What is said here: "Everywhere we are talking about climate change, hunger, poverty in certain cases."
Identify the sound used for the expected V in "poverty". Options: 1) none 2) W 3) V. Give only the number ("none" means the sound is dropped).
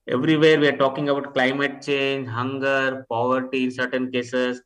3